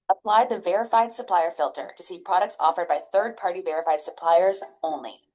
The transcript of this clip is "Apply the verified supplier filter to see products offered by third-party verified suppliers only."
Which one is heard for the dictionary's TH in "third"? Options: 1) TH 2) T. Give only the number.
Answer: 1